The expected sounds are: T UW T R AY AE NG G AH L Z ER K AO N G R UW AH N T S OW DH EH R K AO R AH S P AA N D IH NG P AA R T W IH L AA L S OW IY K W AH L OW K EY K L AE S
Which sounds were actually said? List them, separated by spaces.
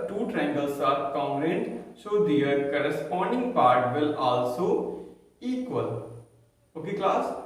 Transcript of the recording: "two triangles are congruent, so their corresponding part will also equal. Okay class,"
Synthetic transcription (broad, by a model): T UW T R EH NG G AH L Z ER K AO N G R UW N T SH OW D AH R K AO R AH S P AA N D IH NG P AA R T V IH L AA L S OW IY K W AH L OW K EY K L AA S